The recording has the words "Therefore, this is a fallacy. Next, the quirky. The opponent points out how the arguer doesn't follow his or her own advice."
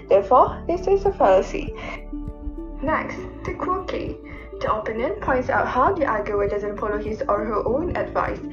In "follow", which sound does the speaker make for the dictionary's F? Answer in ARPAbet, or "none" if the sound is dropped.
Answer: P